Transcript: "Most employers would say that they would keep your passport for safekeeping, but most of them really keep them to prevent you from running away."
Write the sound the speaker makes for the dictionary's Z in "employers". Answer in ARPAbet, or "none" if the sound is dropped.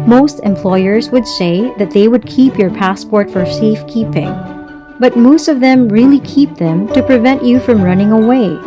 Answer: Z